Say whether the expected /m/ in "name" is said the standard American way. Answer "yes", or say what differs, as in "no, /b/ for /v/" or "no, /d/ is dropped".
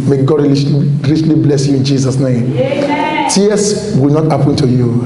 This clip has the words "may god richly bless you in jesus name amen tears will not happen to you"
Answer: no, /m/ is dropped